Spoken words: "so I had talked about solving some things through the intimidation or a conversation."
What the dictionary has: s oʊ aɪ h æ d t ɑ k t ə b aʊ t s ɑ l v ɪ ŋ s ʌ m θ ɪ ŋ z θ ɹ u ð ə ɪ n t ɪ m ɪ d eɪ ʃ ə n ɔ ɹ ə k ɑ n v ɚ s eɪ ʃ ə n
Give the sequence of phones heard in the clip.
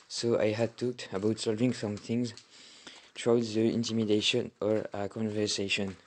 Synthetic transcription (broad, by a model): s oʊ aɪ h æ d t ɑ k t ə b aʊ t s ɑ l v ɪ ŋ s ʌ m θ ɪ ŋ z t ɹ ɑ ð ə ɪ n t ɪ m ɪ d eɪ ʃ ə n ɔ ɹ ə k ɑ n v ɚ s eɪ ʃ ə n